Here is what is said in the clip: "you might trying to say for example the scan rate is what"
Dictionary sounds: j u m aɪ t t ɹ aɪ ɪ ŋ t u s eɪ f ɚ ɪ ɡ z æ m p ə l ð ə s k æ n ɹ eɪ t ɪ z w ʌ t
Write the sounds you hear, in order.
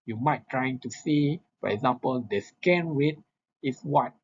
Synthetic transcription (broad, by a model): j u m aɪ t t ɹ aɪ ɪ ŋ t u s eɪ f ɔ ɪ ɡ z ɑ m p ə l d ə s k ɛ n w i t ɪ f w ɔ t